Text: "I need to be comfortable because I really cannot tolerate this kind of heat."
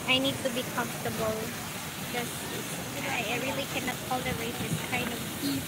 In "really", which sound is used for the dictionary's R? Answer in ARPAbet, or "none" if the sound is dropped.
R